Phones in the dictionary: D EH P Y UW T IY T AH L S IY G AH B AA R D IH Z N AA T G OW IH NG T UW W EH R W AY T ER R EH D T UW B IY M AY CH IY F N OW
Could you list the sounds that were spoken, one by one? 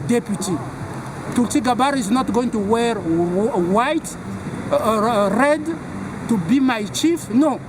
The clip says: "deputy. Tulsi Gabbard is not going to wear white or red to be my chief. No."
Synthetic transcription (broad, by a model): D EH P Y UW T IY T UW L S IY G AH B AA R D IH Z N AA T G OW IH NG T UW W EH R W AY T R EH D T UW B IY M AY CH IY F N OW